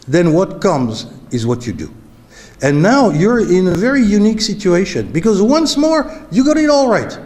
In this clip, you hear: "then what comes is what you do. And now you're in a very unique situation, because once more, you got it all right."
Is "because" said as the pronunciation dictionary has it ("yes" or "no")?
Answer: yes